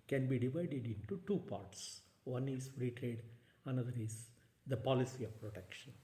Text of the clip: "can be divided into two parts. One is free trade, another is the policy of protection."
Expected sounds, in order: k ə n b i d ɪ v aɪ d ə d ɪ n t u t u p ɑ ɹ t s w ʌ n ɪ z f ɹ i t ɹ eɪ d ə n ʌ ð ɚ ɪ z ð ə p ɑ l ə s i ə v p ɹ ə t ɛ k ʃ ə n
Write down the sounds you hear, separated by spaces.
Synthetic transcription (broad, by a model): k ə n b i d ɪ v aɪ d ə d ɪ n t u t u p ɑ ɹ t s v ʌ n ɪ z ɹ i t ɹ eɪ d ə n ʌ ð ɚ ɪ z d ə p ɑ l ə s i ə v p ɹ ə t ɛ k ʃ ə n